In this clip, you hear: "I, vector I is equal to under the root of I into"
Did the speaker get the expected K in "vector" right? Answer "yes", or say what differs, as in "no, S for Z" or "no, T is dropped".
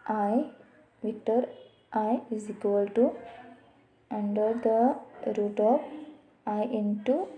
no, K is dropped